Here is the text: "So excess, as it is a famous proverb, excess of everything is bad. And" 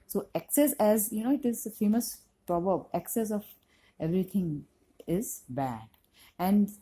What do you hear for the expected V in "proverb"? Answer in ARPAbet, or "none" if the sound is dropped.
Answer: B